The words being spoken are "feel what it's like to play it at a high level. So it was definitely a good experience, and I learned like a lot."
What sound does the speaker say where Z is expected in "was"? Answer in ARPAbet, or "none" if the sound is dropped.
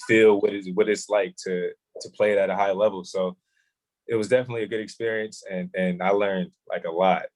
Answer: Z